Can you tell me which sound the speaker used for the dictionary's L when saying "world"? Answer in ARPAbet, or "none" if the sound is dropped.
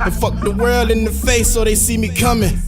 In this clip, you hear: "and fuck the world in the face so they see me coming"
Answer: L